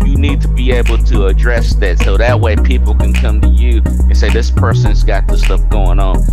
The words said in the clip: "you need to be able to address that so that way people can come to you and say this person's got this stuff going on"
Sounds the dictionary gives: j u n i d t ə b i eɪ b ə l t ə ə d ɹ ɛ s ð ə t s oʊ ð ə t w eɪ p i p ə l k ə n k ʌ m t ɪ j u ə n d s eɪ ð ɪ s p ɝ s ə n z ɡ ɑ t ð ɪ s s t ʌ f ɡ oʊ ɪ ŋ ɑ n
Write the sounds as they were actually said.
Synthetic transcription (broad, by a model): j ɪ n i d t ə b i eɪ b l t ə ə d ɹ ɛ s ð ə t s oʊ ð ə t w eɪ p i p l k ə n k ʌ m t ɪ j u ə n s eɪ ð ɪ s p ɝ s ə n z ɡ ɑ t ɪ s s t ʌ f ɡ oʊ ɪ ŋ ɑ n